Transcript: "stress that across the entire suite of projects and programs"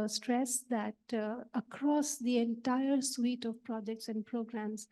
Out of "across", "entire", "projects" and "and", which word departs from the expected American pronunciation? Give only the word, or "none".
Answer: none